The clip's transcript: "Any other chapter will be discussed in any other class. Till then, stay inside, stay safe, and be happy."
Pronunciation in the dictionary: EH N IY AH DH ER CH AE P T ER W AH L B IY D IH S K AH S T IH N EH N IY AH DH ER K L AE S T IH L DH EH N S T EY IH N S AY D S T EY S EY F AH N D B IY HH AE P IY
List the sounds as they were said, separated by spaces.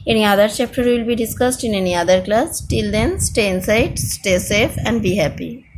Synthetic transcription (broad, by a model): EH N IY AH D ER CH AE P T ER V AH L B IY D IH S K AH S T IH N EH N IY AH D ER K L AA S T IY L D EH N S T EY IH N S AY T S T EY S EY F AH N D B IY HH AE P IY